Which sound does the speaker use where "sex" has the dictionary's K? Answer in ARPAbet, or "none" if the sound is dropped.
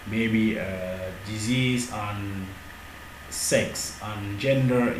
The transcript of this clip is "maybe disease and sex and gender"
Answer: K